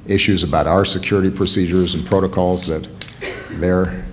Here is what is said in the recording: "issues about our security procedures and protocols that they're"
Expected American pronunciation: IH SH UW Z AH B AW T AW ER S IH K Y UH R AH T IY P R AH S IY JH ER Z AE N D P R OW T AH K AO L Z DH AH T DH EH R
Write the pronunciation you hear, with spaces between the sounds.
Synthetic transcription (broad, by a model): IH SH UW Z AH B AW T AW ER S IH K Y UH R AH T IY P R AH S IY JH ER Z N P R OW T AH K AO L Z DH AH T DH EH R